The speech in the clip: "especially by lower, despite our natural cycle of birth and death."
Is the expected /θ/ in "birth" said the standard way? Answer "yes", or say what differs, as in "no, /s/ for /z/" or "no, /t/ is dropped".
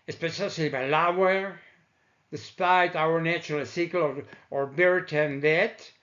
no, /t/ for /θ/